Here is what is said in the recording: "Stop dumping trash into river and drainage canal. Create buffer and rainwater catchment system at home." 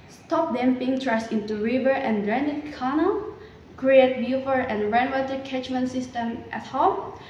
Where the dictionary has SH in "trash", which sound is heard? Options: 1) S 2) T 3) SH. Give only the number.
1